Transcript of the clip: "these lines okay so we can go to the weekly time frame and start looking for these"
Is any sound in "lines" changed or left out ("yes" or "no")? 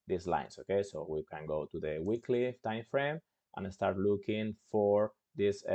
yes